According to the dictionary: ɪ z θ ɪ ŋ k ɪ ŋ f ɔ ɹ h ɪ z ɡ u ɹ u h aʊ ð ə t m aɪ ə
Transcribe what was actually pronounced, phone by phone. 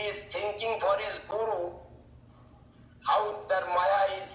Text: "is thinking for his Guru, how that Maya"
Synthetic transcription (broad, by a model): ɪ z t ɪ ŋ k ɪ ŋ f ɔ ɹ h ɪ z ɡ u ɹ u h aʊ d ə t m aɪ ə